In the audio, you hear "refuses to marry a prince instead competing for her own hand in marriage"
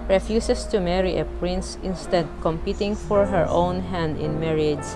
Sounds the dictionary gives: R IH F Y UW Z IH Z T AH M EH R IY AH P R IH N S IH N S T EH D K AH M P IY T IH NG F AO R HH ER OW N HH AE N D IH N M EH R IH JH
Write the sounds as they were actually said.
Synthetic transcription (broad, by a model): R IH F Y UW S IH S T AH M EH R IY AH P R IH N S IH N S T EH D K AH M P IY T IH NG F AO R HH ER OW N HH AE N D IH N M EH R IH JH